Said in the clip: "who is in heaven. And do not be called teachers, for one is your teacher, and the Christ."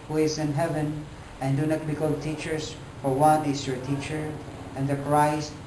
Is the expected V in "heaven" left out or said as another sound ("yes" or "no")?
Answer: no